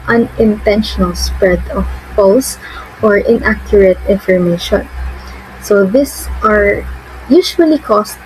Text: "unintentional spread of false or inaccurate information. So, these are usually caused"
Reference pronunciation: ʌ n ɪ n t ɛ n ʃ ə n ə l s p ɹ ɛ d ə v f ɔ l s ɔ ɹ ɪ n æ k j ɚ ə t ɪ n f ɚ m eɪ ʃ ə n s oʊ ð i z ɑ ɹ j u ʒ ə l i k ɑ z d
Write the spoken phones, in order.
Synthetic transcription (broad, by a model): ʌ n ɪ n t ɛ n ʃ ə n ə l s p ɹ ɛ d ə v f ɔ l s ɔ ɹ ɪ n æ k j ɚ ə t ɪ n f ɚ m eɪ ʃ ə n s oʊ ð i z ɑ ɹ j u ʃ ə l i k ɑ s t